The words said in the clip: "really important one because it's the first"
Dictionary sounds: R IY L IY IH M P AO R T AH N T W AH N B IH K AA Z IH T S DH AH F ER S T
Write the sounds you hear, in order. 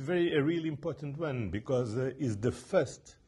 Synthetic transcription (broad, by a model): R IY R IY IH M P AO R T AH N T W AH N B IH K AA Z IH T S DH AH F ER S T